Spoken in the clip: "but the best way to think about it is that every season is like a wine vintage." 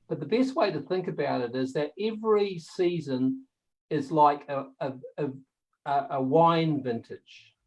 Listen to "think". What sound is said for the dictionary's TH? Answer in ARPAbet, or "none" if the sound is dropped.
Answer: TH